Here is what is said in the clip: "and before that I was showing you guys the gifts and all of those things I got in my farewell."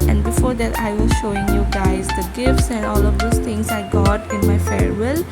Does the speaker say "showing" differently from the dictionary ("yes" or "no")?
no